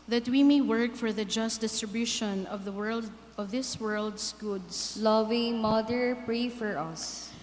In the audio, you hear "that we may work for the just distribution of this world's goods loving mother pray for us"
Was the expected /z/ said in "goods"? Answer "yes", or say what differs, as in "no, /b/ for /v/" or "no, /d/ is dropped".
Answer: no, /s/ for /z/